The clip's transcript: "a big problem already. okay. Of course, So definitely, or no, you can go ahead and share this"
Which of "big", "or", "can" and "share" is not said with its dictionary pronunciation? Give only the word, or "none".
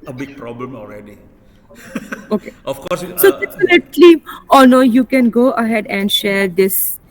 or